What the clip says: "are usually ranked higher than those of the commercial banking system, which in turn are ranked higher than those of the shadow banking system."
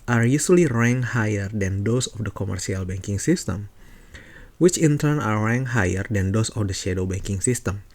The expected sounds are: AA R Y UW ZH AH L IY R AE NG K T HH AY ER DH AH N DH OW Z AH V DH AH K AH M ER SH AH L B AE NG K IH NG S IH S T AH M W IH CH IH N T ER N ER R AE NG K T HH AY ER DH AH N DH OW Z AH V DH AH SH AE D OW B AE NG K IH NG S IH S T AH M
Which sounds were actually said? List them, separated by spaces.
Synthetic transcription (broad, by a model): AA R Y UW S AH L IY R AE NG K HH AY ER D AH N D OW S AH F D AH K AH M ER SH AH L B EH NG K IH NG S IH S T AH M W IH CH IH N T ER N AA R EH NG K HH AY ER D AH N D OW S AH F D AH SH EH D OW B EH NG K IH NG S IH S T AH M